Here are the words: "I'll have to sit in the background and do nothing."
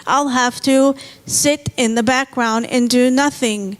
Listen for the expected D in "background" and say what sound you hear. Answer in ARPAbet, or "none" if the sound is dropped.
D